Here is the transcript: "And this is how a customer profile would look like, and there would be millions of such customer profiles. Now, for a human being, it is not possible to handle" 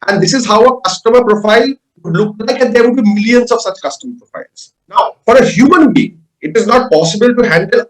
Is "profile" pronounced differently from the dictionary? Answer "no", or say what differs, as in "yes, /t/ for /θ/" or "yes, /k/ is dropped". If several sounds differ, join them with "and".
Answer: no